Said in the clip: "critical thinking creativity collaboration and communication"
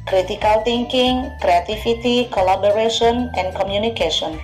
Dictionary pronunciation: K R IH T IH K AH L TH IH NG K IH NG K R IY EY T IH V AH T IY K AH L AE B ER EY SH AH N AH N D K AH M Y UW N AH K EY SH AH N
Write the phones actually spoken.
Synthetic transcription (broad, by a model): K R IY T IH K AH L T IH NG K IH NG K R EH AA T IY F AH T IY K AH L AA B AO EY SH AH N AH N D K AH M Y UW N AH K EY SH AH N